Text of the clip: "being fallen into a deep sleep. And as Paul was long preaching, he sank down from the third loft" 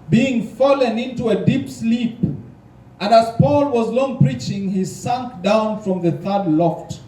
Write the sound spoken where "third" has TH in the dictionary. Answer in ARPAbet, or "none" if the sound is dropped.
TH